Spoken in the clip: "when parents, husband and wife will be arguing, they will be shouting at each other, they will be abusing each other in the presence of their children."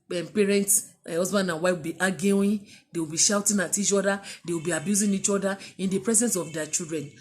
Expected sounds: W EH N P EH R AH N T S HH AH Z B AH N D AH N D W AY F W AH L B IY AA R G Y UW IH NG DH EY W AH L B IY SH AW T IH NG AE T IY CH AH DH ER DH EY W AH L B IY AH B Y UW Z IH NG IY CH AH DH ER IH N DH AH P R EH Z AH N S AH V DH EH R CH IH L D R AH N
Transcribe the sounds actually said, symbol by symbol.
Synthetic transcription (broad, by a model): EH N P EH R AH N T S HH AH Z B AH N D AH N W AY F W AH L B IY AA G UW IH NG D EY W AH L B IY SH AW T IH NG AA T IY CH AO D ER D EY W AH L B IY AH B Y UW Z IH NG IY CH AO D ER IH N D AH P R EH Z AH N S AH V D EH CH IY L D R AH N